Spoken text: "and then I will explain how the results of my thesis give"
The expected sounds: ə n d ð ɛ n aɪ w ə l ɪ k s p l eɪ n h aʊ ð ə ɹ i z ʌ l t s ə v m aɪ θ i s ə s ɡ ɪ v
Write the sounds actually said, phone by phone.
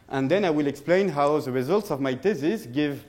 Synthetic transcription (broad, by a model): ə n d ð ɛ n aɪ w ə l ɪ k s p l eɪ n h aʊ ð ə ɹ i z ʌ l t s ə v m aɪ t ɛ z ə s ɡ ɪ v